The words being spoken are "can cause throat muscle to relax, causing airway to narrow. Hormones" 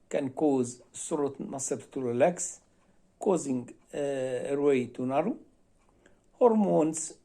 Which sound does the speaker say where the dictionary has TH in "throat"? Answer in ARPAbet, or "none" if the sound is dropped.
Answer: S